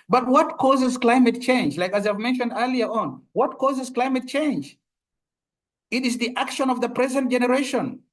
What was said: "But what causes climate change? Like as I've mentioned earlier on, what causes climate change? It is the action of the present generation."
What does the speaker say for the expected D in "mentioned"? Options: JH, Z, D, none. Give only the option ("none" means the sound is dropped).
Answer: D